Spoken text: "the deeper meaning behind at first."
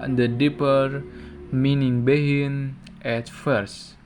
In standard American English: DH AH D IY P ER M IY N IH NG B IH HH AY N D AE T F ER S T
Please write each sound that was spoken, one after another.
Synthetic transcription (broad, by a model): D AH D IY P ER M IY N IH NG B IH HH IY N EH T F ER S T